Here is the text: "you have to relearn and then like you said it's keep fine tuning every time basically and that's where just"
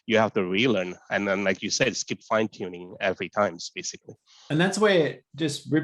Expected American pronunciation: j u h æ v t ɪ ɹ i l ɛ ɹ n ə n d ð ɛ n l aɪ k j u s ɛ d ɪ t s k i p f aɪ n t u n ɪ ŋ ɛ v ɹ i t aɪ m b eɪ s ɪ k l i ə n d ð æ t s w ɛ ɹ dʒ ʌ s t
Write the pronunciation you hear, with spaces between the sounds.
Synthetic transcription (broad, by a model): j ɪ h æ f t ɪ ɹ i l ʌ ɹ n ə n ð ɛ n l aɪ k j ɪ s ɛ d s k i p f aɪ n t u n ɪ ŋ ɛ v ɹ i t aɪ m b eɪ s ɪ k l i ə n ð æ t s w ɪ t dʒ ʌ s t